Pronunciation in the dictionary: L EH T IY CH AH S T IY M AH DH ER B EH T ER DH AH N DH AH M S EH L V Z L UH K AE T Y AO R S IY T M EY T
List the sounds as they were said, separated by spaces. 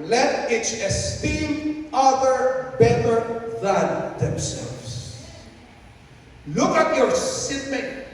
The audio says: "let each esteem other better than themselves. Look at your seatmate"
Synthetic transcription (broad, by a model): L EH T IY CH AH S T IY M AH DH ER B EH T ER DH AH N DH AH M S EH L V S L UH K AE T Y AO R S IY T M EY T